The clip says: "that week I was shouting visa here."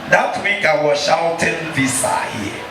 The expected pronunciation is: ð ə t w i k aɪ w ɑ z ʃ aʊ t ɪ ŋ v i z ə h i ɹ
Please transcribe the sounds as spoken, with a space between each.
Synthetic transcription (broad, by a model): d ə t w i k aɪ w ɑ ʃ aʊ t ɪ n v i s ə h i